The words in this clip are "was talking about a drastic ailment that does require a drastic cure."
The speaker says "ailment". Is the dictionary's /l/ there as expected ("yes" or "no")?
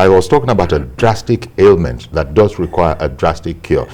yes